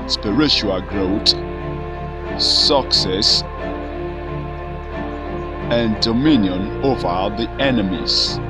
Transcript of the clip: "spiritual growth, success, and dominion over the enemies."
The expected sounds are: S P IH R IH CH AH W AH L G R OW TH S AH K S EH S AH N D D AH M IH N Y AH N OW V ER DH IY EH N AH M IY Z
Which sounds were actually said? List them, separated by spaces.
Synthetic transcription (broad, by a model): S P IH R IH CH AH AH L G R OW T S AH K S EH S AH N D D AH M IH N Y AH N OW V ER DH IY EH N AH M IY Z